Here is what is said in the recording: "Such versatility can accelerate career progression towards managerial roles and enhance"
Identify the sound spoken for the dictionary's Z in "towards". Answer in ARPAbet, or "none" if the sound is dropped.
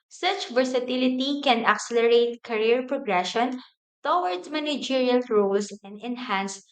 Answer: none